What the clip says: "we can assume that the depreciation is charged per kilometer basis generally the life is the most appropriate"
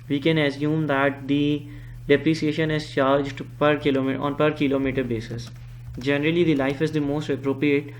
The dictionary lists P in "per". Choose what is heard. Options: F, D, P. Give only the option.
P